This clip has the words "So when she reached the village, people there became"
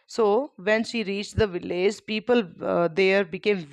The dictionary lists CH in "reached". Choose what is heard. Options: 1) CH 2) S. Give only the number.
1